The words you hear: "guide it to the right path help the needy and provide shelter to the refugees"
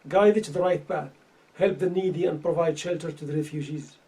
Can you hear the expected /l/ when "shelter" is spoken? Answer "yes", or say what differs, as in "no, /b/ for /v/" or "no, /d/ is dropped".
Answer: yes